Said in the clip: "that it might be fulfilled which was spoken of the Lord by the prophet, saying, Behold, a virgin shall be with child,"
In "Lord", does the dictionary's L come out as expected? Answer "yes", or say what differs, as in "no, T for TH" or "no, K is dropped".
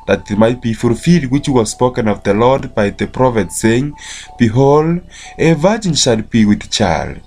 yes